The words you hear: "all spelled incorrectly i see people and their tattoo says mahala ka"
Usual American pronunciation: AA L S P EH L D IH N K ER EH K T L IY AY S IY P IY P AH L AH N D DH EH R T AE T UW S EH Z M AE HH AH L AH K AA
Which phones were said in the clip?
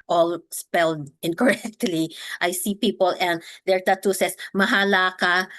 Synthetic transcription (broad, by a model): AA L S P EH L D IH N K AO EH K T L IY AY S IY P IY P AH L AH N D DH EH R T AE T UW S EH S M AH HH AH L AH K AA